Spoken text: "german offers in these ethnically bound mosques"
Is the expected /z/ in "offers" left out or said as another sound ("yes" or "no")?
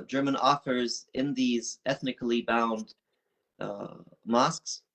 no